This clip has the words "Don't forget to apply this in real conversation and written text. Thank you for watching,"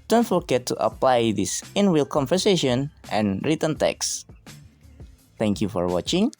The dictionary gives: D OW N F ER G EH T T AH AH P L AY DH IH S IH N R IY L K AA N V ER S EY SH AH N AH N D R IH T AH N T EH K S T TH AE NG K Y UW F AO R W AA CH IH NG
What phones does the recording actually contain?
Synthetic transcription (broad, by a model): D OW N F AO G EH T T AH AH P L AY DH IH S IH N W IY L K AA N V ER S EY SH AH N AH N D R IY T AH N T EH K S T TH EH NG K Y UW F AO R W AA CH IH NG